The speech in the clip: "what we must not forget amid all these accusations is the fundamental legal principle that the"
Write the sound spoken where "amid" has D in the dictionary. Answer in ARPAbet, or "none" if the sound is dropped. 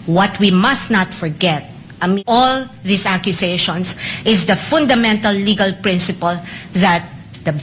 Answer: none